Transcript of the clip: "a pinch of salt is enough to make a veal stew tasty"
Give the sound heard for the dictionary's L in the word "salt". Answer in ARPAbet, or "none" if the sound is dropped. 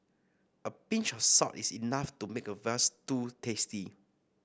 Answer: none